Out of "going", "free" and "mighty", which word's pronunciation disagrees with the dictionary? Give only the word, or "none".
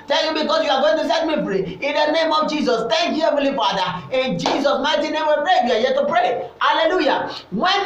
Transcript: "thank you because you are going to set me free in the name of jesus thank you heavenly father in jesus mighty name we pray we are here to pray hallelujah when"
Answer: free